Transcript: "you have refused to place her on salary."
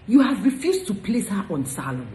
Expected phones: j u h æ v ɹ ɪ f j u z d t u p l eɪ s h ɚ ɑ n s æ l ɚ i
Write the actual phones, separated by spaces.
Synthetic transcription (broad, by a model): j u h æ v ɹ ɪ f j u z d t u p l eɪ s h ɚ ɑ n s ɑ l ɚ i